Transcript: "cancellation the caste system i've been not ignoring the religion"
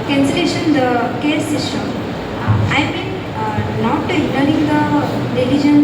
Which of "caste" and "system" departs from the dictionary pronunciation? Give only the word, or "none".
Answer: caste